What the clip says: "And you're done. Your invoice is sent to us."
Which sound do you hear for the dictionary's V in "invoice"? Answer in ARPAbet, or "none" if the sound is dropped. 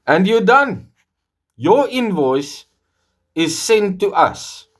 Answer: V